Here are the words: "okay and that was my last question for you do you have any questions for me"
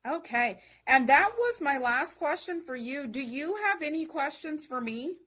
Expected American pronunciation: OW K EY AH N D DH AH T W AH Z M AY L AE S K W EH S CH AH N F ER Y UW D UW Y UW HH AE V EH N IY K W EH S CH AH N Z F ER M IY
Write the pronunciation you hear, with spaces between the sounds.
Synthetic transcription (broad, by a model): OW K EY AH N DH AH T W AH Z M AY L AE S K W EH S CH AH N F ER Y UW D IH Y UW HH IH V EH N IY K W EH S CH AH N Z F ER M IY